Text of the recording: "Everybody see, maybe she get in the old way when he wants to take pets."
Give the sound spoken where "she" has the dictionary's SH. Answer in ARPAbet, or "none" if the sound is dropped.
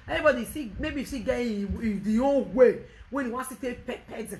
S